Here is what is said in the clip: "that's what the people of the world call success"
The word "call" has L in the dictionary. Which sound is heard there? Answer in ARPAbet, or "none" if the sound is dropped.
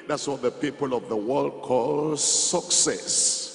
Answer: L